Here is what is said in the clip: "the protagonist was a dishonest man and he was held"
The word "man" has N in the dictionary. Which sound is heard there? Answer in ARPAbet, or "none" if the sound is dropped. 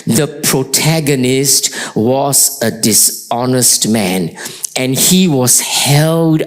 N